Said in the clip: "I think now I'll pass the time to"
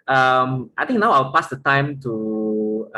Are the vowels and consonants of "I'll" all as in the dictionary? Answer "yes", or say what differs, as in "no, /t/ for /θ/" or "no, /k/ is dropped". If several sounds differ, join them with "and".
no, /w/ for /l/